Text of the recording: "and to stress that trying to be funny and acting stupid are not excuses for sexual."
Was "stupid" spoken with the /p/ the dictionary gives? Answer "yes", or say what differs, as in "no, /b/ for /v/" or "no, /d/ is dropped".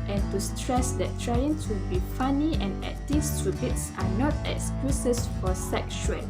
no, /b/ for /p/